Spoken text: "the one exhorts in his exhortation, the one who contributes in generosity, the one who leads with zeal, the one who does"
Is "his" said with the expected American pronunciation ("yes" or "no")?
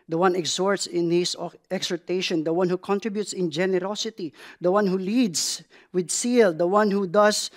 no